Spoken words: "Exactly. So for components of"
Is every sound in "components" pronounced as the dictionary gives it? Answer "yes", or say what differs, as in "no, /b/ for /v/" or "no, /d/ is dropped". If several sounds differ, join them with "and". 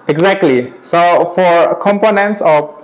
yes